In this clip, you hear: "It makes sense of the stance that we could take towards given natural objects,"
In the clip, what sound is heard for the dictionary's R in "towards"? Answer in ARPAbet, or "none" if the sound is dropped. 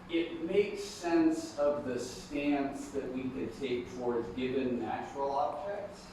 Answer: R